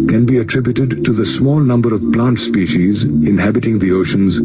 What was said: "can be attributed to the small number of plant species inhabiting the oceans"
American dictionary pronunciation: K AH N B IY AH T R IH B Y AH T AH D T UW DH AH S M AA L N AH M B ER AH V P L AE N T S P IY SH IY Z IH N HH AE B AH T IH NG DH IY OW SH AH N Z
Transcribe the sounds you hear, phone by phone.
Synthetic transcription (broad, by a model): K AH N B IY AH T R IH B Y AH T AH D T UW DH AH S M AA L N AH M B ER AH V P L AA N T S P IY SH IY Z IH N HH AE B AH T IH NG DH IY OW SH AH N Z